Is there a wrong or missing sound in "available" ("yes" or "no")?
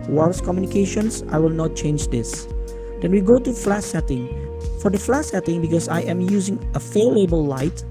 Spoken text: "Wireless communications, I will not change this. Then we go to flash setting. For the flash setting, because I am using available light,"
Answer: yes